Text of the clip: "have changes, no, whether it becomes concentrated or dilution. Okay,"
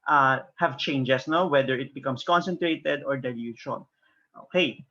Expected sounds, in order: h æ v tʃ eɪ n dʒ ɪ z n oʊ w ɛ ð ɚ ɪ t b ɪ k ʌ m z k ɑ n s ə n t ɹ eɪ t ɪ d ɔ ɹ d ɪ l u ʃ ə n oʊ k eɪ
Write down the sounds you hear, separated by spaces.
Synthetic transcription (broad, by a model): h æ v tʃ eɪ n dʒ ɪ s n oʊ w ɛ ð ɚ ɪ t b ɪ k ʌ m s k ɑ n s ə n t ɹ eɪ t ɪ d ɔ ɹ d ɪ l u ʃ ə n oʊ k eɪ